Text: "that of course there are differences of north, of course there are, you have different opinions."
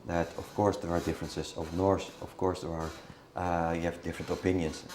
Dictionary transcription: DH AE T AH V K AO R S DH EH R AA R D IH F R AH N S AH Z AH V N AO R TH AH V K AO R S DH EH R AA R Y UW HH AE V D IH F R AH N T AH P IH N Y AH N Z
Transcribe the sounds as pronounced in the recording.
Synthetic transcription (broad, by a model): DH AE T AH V K AO R S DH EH R AA R D IH F R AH N S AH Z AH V N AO R S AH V K AO R S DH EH R AA R Y UW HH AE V D IH F R AH N T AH P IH N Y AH N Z